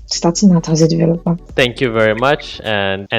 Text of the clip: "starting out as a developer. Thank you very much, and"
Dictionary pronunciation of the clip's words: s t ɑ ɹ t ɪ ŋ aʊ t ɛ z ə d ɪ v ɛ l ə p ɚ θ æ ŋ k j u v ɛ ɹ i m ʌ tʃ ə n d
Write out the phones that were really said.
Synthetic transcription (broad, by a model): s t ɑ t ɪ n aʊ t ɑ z ə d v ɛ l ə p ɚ t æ ŋ k j u v ɛ ɹ i m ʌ tʃ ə n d